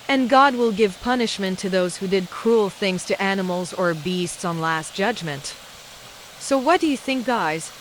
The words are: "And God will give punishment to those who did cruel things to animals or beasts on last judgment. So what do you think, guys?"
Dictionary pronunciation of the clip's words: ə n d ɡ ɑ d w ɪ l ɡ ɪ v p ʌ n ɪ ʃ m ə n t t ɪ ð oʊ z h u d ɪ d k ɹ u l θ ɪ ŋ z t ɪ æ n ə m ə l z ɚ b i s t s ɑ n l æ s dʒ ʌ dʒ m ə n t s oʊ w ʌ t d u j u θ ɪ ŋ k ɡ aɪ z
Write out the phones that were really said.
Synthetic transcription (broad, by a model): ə n ɡ ɑ d w ɪ l ɡ ɪ v p ʌ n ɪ ʃ m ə n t t ɪ ð oʊ z h u d ɪ d k ɹ u l θ ɪ ŋ z t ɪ æ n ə m l z ɚ b i s t s n l æ s dʒ ʌ dʒ m ə n t s oʊ w ʌ t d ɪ j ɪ θ ɪ ŋ k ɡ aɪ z